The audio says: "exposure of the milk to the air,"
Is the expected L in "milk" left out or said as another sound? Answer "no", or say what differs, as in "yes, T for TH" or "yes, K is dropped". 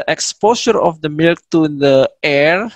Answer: no